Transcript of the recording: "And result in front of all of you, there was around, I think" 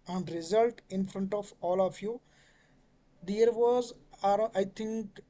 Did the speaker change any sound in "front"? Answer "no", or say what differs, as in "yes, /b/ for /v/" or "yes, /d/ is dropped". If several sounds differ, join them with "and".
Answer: no